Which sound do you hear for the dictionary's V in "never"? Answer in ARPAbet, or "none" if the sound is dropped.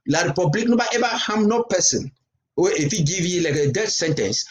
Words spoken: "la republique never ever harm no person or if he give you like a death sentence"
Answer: B